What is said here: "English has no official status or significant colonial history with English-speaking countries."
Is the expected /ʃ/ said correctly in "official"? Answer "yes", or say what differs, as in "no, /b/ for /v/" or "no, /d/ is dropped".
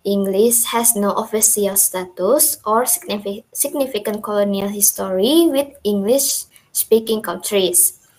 no, /s/ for /ʃ/